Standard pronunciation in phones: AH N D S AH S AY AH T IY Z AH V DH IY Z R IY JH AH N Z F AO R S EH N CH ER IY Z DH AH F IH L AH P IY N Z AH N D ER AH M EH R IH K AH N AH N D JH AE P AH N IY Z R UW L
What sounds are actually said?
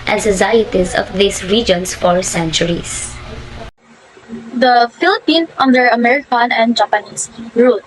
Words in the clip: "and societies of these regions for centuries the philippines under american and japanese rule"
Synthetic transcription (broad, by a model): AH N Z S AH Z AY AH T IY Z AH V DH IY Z R IY JH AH N S F AO R S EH N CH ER IY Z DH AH F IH L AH P IY N AH N D ER AH M EH R IH K AH N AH N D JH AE P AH N IY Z R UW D